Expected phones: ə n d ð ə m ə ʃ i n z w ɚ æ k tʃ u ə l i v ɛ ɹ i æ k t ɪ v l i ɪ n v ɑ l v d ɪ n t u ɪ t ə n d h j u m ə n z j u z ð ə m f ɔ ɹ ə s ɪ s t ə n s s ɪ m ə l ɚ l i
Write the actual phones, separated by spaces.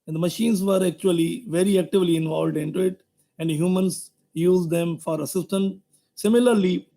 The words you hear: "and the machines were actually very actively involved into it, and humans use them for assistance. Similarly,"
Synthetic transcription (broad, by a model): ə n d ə m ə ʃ i n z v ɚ æ k tʃ u ə l i v ɛ ɹ i æ k t ɪ v l i ɪ n v ɑ l v d ɪ n t u ɪ t ə n d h j u m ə n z j u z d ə m f ɔ ɹ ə s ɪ s t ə n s s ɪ m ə l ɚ l i